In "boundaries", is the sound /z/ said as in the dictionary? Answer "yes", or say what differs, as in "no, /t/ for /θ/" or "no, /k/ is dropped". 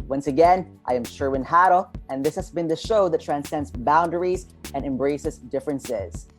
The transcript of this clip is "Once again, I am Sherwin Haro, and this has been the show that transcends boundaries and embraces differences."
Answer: yes